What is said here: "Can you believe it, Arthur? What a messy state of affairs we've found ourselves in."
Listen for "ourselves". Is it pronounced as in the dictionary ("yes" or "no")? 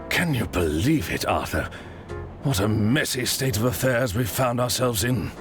yes